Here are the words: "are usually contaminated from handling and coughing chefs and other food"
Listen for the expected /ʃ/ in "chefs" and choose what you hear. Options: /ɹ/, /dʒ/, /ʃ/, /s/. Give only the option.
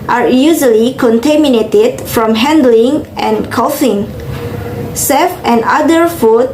/s/